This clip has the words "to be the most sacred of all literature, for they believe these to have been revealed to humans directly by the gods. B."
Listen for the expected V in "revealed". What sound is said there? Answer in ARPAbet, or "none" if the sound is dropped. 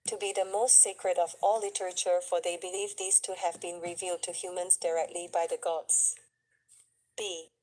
V